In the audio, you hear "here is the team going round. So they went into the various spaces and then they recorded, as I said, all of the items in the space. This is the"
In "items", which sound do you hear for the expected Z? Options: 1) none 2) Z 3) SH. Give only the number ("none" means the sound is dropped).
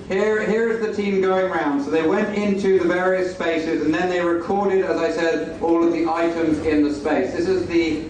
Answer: 2